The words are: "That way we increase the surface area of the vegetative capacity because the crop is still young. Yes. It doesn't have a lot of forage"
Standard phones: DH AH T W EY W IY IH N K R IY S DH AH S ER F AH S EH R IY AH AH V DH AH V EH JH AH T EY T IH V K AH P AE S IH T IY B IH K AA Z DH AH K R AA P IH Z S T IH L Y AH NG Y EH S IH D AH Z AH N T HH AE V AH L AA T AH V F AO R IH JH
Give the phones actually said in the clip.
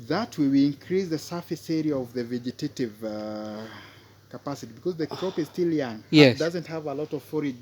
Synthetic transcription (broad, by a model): DH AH T W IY W IY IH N K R IY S DH AH S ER F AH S EH R IY AH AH V DH AH V EH JH AH T EY T IH V K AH P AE S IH T IY B IH K AA Z DH AH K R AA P IH Z S T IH L Y AH NG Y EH IH D AH Z AH N T HH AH V AH L AA T AH V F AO R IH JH